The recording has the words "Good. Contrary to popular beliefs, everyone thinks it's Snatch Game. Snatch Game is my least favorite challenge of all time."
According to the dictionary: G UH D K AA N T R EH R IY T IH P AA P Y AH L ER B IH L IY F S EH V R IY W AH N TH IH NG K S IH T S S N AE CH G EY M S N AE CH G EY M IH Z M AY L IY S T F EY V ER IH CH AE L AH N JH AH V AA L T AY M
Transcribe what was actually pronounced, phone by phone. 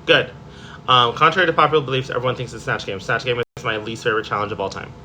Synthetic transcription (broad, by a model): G UH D K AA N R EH R IY T IH P AA P Y L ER B IH L IY F S EH V R IY W AH N TH IH NG K S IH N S S N AE CH G EY M S N AE CH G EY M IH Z M AY L IY S T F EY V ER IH CH AE L AH N JH AH V AA L T AY M